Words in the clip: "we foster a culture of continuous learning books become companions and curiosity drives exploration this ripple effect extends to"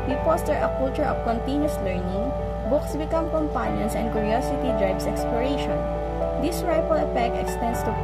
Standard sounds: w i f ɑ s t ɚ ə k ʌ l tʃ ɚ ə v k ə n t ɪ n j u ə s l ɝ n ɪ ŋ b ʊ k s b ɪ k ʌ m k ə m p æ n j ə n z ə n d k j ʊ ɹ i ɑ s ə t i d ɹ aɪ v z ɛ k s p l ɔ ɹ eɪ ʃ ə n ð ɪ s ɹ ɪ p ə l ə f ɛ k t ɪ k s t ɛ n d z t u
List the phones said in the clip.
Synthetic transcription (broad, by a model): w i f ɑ s t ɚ ə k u l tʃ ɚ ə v k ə n t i n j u s l ɝ n ɪ ŋ b ʊ k s b ɪ k ʌ m k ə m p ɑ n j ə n s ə n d k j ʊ ɹ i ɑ s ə t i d ɹ aɪ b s ɛ k s p l ɔ ɹ eɪ ʃ ə n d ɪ s ɹ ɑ f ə l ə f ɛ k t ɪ k s t ɛ n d s t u